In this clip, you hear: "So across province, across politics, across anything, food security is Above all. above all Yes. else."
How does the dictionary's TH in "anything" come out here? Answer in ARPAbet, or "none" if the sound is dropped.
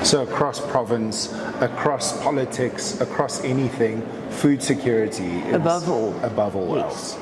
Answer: TH